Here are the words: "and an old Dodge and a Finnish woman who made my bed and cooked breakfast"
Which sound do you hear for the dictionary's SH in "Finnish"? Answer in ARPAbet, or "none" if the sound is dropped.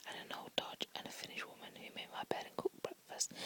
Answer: SH